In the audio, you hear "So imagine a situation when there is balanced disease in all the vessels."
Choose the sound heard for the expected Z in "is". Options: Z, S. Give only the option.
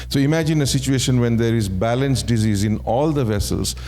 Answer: Z